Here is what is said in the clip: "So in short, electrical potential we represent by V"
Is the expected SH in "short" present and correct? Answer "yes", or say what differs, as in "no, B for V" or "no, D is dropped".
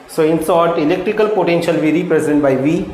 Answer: no, S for SH